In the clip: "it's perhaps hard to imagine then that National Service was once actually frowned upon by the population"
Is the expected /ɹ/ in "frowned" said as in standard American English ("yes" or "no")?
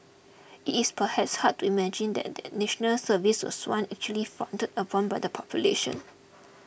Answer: no